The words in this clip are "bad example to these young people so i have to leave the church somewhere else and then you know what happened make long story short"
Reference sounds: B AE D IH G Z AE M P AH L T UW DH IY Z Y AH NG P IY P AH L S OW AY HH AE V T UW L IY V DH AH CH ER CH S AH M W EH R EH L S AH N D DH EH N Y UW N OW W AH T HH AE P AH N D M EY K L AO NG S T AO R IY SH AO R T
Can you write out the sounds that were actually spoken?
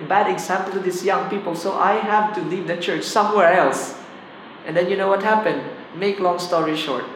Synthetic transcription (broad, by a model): B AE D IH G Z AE M P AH L T UW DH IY S Y AH NG P IY P AH L S OW AY HH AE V T UW L IY V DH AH CH ER CH S AH M W EH R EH L S AH N D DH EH N Y UW N OW W AH T HH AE P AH N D M EY K L AO NG S T AO R IY SH AO R T